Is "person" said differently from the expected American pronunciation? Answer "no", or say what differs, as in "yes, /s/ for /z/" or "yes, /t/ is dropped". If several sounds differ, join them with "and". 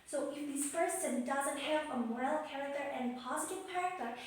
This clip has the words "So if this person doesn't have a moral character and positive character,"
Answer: yes, /f/ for /p/